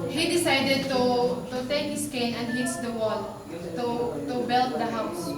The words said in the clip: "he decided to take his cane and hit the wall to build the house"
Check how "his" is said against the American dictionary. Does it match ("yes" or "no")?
no